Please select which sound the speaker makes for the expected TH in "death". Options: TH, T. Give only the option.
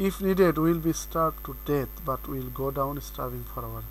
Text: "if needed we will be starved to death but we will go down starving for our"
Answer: T